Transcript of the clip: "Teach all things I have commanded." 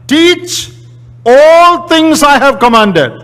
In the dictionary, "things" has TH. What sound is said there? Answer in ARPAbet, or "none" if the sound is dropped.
T